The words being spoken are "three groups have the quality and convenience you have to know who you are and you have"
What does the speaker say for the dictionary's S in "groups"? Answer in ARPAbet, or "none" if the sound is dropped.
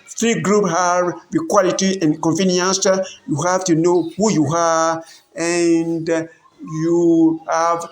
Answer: none